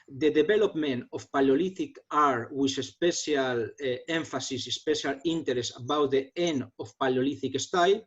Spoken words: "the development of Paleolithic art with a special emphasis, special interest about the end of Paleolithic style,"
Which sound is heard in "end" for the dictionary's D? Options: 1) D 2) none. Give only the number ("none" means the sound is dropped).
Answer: 2